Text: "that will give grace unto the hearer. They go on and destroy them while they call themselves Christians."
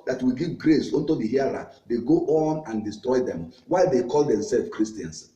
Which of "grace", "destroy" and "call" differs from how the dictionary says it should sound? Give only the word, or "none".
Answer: none